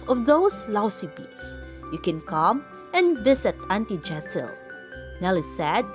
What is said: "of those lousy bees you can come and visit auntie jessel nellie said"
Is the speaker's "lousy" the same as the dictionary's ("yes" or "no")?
no